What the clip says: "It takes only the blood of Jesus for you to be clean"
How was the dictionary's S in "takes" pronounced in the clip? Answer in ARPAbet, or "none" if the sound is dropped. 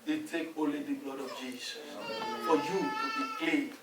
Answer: none